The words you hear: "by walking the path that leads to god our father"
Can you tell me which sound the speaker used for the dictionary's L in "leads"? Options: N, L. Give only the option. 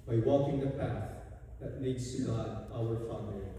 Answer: N